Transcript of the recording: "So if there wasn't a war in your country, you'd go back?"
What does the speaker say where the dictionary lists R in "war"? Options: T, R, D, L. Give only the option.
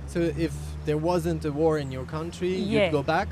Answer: R